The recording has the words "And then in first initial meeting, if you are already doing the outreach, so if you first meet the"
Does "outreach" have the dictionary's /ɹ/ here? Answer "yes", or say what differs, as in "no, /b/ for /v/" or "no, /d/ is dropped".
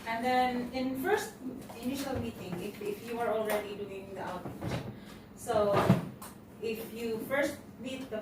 no, /ɹ/ is dropped